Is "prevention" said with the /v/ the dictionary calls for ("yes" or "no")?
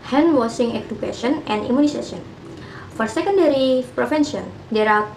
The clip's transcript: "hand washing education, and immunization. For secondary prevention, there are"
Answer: no